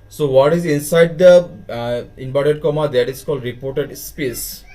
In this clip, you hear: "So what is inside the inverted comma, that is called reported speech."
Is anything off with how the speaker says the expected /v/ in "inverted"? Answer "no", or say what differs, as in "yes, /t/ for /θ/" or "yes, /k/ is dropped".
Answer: yes, /b/ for /v/